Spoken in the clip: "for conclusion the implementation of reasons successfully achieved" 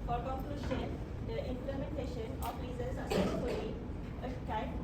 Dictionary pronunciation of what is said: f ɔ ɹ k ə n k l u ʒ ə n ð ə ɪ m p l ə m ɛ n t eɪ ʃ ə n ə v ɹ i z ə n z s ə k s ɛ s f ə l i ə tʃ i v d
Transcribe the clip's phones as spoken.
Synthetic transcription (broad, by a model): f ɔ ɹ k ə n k l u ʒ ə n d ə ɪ m p l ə m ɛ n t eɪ ʃ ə n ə f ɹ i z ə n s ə s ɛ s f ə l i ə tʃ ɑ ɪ